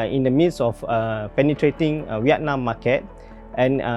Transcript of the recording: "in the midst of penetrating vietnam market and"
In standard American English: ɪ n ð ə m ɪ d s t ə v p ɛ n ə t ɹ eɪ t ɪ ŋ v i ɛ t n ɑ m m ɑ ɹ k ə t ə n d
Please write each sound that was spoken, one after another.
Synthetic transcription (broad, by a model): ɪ n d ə m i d s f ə p ɛ n ə t ɹ eɪ t ɪ ŋ w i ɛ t n ɑ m m ɑ k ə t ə n